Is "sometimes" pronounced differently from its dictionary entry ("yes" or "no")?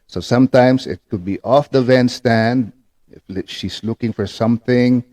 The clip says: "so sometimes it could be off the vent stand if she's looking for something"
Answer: yes